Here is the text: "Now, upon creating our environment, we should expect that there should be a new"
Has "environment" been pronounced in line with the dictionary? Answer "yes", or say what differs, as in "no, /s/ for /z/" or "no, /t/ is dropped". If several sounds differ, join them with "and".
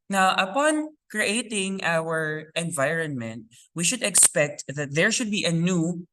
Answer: yes